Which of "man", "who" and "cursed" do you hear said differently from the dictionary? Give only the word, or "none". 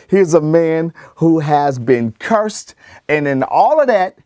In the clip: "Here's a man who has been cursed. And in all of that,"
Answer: none